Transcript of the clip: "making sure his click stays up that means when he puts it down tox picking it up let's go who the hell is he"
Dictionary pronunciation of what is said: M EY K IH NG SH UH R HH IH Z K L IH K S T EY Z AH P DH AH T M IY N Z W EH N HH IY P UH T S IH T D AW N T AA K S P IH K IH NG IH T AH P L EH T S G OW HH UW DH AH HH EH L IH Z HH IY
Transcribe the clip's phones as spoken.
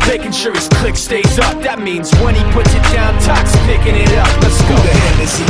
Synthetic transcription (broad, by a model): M EY K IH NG SH UH R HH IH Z K L IH K S T EY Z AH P DH AH T M IY N Z W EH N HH IY P UH T S IH T D AW N T AA K S P IH K IH NG IH T AH P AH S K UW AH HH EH N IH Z